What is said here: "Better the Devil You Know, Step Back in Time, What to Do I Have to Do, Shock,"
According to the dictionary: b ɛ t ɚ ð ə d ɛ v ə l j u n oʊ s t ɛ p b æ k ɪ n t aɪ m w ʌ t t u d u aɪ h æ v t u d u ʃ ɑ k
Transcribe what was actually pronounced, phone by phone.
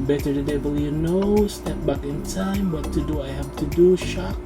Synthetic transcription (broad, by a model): b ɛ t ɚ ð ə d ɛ b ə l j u n oʊ s t ɛ p b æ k ɪ n t aɪ m w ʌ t t u d u aɪ h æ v t u d u ʃ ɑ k